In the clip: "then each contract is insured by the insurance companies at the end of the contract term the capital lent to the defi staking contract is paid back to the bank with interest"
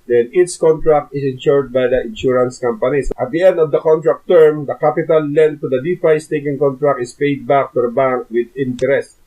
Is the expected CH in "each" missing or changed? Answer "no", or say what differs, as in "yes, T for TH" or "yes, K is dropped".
yes, S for CH